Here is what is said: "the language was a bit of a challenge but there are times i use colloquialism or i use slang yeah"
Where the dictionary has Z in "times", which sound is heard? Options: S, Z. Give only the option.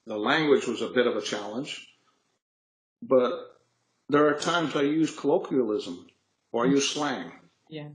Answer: Z